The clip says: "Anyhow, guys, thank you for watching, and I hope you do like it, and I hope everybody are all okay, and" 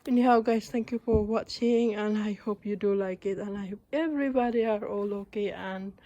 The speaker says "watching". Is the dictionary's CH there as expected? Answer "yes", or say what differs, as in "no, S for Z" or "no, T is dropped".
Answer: yes